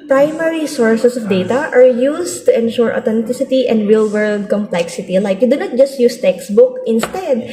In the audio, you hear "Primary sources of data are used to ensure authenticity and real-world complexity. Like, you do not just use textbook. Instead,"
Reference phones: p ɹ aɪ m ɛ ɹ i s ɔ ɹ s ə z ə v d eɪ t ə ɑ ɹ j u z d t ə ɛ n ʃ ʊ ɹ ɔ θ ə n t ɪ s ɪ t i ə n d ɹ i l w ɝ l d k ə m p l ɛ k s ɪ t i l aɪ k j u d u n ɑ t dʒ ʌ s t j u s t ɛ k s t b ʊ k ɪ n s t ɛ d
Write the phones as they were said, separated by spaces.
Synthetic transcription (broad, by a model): p ɹ aɪ m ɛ ɹ i s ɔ ɹ s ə s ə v d eɪ t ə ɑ ɹ j u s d t ə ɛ n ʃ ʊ ɹ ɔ t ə n t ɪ s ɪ t i ə n d ɹ i l w ɝ l d k ə m p l ɛ k s ɪ t i l aɪ k j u d u n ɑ t dʒ ʌ s t j u s t ɛ k s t b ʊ k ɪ n s t ɛ d